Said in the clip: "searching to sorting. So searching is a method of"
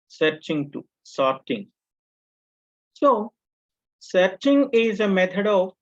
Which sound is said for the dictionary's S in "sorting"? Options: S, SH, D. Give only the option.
S